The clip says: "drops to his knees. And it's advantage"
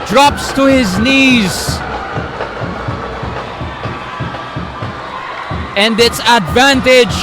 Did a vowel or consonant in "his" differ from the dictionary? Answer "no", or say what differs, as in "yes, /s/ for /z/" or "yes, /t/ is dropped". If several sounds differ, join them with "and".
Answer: no